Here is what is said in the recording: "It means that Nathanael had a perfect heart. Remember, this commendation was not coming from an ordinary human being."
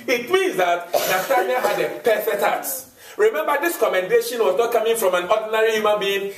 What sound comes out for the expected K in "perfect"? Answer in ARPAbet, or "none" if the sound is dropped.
none